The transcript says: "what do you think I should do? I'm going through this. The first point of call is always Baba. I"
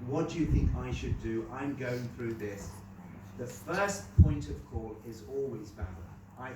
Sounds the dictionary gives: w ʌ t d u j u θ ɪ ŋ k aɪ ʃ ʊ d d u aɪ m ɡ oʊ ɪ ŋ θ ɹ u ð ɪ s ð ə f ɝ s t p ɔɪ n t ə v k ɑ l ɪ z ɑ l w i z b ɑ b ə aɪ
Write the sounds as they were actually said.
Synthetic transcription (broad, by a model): w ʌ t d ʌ j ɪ θ ɪ ŋ k aɪ ʃ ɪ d d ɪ aɪ m ɡ oʊ ɪ ŋ θ ɹ u ð ɪ s ð ə f ɝ s p ɔɪ n t ə v k ɑ l ɪ z ɑ l w i z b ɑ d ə aɪ